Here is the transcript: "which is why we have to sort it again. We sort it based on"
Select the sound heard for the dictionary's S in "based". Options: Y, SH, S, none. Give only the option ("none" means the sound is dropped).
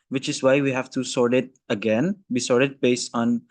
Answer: S